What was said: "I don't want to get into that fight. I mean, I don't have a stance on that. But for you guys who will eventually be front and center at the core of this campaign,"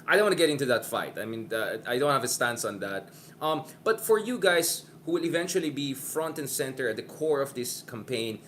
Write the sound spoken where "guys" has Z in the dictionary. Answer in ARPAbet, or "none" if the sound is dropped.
S